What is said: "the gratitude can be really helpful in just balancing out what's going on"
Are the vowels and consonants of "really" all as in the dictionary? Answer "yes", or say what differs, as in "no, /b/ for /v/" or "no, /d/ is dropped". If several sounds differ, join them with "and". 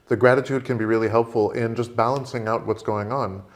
yes